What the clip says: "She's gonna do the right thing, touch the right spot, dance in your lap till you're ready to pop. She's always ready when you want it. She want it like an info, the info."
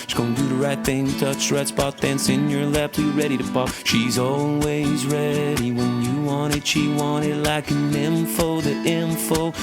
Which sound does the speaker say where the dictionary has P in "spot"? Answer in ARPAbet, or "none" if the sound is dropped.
B